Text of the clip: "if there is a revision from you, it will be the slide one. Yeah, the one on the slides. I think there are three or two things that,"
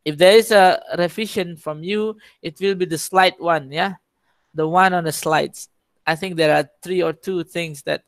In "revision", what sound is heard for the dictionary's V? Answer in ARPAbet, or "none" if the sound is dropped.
F